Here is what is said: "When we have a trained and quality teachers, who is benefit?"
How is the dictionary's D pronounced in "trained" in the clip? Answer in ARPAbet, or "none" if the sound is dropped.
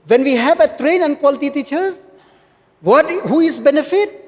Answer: none